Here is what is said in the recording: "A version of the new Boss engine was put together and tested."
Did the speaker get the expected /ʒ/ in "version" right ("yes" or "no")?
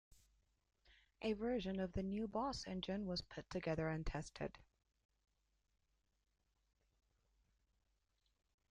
yes